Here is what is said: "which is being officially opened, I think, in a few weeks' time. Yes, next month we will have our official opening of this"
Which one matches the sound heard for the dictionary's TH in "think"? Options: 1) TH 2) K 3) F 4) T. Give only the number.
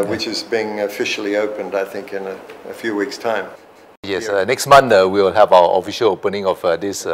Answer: 1